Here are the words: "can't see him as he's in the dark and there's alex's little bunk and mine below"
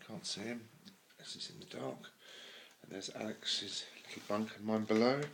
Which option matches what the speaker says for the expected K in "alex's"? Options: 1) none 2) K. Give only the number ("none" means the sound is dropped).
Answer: 2